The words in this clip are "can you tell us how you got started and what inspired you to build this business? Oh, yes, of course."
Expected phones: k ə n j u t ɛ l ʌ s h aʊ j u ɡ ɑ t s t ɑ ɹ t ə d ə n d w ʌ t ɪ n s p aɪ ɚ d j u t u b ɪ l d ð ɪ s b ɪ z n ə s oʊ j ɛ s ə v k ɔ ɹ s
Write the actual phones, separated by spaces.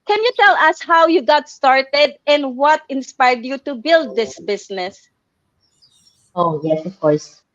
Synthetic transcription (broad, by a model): k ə n j u t ɛ l ʌ s h aʊ j u ɡ ɑ t s t ɑ ɹ t ə d ə n d w ʌ t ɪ n s p aɪ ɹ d j u t u b ɪ l d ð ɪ s b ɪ s n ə s oʊ j ɛ s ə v k ɔ ɹ s